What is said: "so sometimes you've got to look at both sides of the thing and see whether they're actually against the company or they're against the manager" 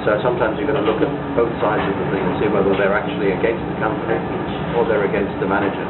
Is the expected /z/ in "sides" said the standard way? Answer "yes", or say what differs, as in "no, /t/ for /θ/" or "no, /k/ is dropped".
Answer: yes